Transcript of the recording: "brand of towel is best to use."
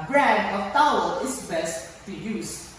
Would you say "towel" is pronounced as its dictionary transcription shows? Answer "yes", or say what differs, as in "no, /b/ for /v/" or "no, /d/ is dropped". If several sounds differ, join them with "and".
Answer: no, /n/ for /l/